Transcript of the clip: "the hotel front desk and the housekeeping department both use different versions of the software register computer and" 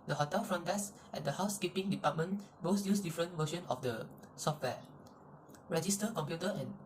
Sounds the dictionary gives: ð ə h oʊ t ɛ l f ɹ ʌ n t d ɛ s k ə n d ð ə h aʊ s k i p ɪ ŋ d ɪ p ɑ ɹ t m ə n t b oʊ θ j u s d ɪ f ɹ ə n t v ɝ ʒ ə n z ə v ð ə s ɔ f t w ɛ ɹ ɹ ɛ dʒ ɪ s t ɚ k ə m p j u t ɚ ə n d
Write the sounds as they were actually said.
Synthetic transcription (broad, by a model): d ə h oʊ t ɛ l f ɹ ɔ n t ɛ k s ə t d ə h aʊ s k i p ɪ ŋ d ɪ p ɑ t m ə n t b oʊ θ j u s d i f ɹ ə n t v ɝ ʃ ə n ə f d ə s ɔ f t w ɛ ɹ ɹ ɛ dʒ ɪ s t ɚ k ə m p j u t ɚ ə n